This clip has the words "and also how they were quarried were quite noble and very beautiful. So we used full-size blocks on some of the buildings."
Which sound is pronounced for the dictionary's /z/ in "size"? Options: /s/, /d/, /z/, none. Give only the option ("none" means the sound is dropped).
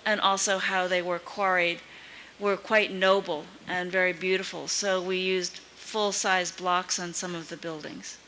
/z/